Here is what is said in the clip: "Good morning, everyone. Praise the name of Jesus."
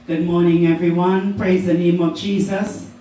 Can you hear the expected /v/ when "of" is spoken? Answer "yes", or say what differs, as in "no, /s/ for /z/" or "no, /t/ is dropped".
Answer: yes